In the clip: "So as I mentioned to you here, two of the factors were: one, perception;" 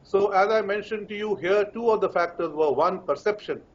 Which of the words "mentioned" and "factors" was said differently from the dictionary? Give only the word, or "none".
none